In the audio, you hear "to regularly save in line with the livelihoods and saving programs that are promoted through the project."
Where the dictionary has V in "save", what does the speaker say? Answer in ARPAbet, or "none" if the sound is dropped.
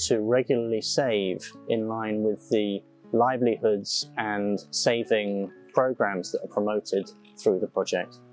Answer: V